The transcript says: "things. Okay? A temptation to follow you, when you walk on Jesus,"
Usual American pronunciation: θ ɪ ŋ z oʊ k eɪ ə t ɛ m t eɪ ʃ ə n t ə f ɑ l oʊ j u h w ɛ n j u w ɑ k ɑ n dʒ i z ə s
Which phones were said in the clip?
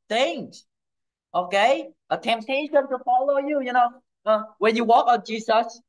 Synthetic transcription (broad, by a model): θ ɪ ŋ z oʊ k eɪ ə t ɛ m t eɪ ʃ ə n t ə f ɑ l oʊ j u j w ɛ n j u w ɑ k ɑ n dʒ i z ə s